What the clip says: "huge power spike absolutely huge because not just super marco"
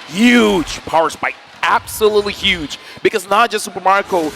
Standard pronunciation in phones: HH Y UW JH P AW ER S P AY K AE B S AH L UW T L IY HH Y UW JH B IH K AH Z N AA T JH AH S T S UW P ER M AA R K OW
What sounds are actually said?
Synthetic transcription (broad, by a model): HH Y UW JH P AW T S B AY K AE B S AH L UW T L IY HH Y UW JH B IH K AH Z N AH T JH AH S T S UW P ER M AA R K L